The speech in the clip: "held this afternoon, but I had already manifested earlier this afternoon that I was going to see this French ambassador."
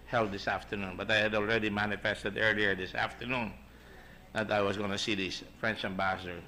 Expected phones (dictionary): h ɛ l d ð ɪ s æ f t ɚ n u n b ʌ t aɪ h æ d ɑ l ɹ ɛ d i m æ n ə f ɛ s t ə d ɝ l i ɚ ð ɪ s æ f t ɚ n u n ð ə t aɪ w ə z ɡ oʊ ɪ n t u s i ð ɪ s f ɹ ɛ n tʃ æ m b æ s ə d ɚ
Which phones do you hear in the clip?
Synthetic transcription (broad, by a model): h ɛ l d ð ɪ s æ f t ɚ n u n b ʌ t aɪ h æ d ɑ l ɹ ɛ d i m æ n ə f ɛ s t ə d ɝ l i ɚ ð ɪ s æ f t ɚ n u n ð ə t aɪ w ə s ɡ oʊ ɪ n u s i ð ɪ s f ɹ ɛ n tʃ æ m b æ s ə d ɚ